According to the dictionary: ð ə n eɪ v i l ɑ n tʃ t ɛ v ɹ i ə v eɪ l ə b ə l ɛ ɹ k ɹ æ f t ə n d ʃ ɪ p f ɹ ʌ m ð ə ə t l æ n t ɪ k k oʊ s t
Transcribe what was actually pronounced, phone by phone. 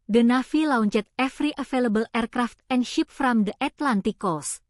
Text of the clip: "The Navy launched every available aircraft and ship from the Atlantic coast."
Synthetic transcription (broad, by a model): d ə n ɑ f i l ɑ n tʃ t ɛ f ɹ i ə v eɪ l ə b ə l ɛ ɹ k ɹ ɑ f t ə n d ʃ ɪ p f ɹ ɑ m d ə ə t l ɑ n t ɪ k k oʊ s